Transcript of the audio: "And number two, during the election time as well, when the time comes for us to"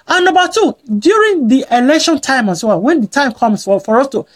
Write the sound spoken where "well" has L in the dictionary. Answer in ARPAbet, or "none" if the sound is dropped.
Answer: W